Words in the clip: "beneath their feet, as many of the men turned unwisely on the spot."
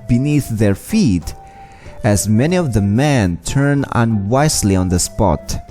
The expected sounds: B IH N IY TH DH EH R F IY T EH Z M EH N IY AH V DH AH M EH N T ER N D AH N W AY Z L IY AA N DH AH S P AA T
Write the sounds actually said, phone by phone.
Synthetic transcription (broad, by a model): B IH N IY TH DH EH R F IY T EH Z M EH N IY AH V DH AH M EH N T ER N AH N W AY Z L IY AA N DH AH S P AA T